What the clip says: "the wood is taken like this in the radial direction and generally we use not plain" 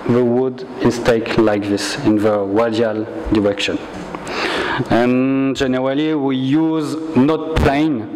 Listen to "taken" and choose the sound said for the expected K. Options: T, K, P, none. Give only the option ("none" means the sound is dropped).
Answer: none